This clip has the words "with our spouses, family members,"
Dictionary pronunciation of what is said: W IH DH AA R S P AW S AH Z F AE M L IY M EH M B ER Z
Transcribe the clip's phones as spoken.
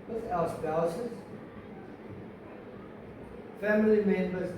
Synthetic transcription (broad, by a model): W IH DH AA L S B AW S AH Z F AE M L IY M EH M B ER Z